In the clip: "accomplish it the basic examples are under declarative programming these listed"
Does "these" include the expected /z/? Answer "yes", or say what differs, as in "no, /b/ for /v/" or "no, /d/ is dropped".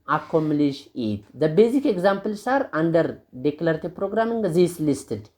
no, /s/ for /z/